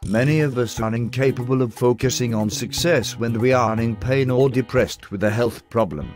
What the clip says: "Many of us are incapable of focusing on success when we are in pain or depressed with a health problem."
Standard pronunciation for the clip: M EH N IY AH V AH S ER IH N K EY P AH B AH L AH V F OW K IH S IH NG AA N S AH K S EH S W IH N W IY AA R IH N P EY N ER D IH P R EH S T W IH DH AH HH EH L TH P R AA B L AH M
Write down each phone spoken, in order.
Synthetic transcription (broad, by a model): M EH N IY AH V AH S ER IH N K EY P AH B AH L AH V F OW K IH S IH NG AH N S AH K S EH S W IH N W IY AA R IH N P EY N ER D IH P R EH S T W IH DH AH HH EH L TH P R AA B L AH M